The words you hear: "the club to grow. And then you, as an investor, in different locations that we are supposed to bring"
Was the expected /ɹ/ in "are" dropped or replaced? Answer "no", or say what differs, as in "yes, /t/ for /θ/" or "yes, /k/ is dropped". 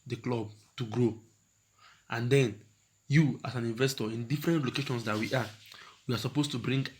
yes, /w/ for /ɹ/